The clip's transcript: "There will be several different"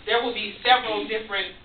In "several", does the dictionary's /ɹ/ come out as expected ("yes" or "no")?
yes